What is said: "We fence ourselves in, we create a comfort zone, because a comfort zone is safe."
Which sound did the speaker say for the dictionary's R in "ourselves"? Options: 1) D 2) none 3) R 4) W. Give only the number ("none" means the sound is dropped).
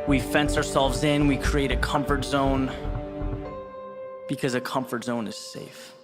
3